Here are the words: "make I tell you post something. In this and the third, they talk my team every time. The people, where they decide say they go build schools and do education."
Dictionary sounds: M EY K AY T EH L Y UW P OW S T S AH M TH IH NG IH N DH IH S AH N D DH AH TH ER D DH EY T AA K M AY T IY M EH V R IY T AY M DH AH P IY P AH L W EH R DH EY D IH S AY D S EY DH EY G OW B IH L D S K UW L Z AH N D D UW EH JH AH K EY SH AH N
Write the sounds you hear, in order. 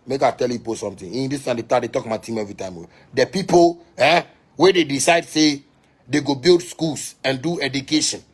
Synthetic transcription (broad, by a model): M EY K AY T EH L Y UW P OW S S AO M T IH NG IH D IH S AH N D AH T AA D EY T AA K M AY T IY M EH V R IY T AY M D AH P IY P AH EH W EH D EY D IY S AY D S EY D EY G OW B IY L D S K UW L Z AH N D D UW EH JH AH K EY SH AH N